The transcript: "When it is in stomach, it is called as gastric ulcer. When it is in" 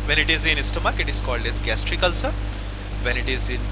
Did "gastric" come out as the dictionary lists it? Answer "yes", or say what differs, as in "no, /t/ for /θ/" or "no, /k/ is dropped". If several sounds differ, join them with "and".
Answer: yes